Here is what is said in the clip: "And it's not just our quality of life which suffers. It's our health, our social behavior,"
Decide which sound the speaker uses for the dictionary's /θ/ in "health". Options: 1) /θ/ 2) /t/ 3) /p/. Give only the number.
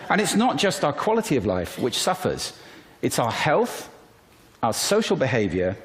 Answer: 1